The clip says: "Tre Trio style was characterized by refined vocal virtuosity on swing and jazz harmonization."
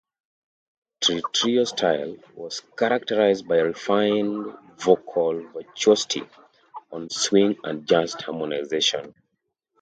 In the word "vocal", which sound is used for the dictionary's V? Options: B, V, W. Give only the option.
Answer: V